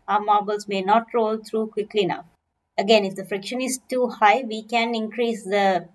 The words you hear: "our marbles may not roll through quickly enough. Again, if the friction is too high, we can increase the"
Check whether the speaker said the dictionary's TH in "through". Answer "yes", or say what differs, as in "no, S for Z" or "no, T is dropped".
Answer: no, T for TH